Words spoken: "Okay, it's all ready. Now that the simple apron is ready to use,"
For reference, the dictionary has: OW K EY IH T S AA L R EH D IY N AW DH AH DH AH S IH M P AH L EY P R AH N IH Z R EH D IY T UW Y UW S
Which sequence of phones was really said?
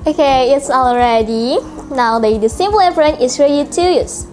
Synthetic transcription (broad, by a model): OW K EY IH T S AA L R EH D IY N AW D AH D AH S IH M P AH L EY F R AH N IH S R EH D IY T UW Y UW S